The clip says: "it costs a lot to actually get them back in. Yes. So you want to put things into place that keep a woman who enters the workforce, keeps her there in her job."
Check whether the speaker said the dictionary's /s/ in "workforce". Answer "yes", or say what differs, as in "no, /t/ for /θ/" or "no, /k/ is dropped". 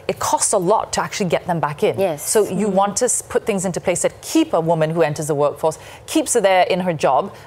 yes